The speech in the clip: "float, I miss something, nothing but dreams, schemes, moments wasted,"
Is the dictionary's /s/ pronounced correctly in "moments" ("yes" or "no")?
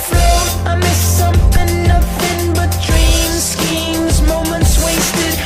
yes